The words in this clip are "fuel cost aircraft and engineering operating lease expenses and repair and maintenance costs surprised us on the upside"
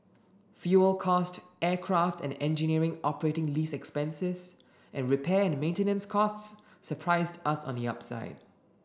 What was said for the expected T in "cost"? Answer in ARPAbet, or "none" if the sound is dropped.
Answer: T